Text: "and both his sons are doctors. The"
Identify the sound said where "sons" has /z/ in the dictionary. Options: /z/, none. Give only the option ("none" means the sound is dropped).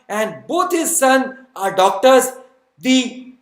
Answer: none